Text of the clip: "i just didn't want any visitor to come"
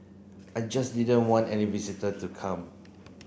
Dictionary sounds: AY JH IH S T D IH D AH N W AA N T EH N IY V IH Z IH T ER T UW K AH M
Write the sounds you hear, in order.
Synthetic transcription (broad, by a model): AY JH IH S D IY D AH N W AA N T EH N IY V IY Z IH T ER T UW K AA M